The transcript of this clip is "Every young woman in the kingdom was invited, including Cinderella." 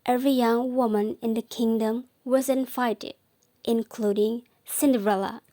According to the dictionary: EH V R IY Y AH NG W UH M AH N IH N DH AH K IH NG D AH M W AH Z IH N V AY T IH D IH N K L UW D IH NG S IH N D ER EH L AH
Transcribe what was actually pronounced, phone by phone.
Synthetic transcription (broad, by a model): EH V R IY Y AH NG W UH M AH N IH N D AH K IH NG D AH M W AH Z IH N F AY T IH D IH N K L UW D IH NG S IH N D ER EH L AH